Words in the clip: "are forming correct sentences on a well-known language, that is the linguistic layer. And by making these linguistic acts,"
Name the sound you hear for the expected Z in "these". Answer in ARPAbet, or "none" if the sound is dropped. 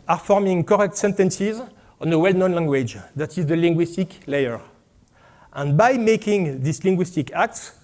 S